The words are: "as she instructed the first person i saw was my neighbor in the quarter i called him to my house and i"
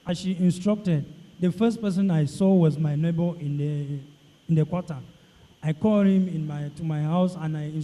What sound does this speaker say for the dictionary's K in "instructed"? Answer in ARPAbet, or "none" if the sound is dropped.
K